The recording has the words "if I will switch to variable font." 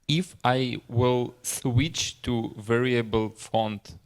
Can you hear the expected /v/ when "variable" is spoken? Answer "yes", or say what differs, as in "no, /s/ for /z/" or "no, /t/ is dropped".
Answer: yes